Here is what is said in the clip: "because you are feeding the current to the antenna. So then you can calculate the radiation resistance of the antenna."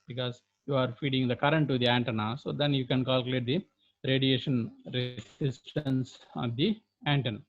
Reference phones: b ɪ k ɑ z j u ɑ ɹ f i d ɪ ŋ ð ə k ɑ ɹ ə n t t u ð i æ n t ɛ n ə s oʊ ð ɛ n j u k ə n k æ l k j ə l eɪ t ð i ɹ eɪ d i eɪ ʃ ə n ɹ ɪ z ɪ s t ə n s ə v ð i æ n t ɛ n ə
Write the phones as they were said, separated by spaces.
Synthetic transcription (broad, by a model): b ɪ k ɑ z j u ɑ ɹ f i d ɪ ŋ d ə k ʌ ɹ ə n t t u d i æ n t ɛ n ə s oʊ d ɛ n j u k ə n k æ l k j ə l eɪ t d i ɹ eɪ d i eɪ ʃ ə n ɹ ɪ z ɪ s t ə n s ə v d i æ n t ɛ n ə